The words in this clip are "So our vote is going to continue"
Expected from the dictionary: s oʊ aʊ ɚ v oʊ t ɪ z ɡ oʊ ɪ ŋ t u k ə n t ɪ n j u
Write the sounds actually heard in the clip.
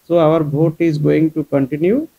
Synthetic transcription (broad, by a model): s oʊ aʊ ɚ b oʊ t ɪ z ɡ oʊ ɪ ŋ t u k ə n t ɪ n j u